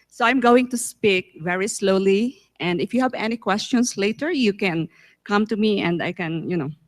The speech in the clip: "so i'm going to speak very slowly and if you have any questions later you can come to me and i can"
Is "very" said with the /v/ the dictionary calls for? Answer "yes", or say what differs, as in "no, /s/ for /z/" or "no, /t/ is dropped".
yes